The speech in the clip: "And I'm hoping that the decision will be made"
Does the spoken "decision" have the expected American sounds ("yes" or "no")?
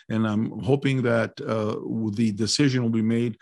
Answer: yes